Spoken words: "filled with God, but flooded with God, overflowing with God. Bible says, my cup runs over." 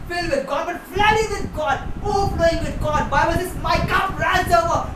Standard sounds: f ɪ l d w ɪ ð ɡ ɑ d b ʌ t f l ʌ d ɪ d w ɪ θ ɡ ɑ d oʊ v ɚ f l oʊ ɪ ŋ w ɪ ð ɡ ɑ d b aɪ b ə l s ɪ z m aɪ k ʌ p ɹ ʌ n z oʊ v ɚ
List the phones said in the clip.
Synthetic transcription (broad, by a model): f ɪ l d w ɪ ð ɡ ɑ d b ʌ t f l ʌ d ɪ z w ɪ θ ɡ ɑ d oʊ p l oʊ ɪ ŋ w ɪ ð ɡ ɑ d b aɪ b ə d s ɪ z m aɪ k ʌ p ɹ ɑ z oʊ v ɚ